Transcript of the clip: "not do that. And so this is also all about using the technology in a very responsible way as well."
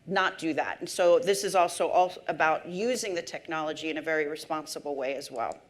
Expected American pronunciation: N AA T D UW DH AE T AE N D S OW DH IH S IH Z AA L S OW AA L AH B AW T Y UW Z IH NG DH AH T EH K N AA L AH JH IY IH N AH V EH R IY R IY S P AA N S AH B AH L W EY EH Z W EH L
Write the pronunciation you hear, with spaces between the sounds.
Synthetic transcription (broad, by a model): N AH T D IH DH AE T N S OW DH IH S IH Z AA L S OW AA L AH B AW T Y UW Z IH NG DH AH T EH K N AA L AH JH IY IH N AH V EH R IY R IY S P AA N S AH B L W EY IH Z W EH L